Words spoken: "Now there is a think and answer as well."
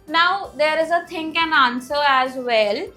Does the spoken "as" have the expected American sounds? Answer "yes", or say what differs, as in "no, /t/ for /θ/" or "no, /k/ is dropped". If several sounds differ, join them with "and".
yes